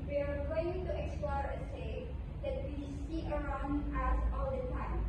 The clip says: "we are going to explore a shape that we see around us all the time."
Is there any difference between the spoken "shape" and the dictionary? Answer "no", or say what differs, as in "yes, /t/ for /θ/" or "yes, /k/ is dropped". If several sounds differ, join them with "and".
yes, /s/ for /ʃ/